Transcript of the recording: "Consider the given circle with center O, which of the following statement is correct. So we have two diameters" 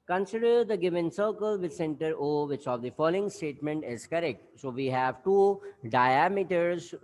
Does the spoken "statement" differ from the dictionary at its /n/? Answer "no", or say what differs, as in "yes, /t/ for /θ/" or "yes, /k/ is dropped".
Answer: no